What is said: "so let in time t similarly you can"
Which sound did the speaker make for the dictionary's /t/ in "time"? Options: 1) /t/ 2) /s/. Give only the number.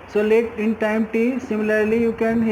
1